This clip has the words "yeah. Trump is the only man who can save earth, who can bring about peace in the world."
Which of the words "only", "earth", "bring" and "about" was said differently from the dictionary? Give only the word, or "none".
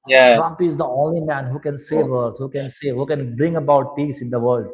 earth